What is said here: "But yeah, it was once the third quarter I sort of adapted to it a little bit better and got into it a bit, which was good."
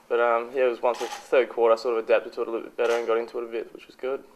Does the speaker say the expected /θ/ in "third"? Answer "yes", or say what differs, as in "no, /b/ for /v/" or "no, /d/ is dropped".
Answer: yes